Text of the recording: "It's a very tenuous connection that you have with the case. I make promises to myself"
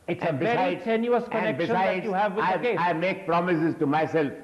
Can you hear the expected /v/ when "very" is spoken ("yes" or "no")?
no